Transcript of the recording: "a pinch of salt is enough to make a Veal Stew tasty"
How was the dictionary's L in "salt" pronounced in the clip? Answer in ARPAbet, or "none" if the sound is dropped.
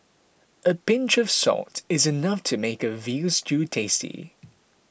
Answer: none